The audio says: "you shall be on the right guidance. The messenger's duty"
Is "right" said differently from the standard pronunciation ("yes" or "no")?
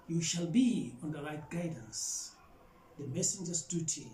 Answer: yes